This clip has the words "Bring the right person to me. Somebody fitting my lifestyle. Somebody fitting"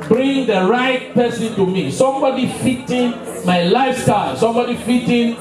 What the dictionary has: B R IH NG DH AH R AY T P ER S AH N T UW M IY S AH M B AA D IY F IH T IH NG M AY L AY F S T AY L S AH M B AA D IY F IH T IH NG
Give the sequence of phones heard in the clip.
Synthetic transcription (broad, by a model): B R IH NG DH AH R AY T P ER S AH N T UW M IY S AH M B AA D IY F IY T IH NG M AY L AY F S T AY L S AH M B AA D IY F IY T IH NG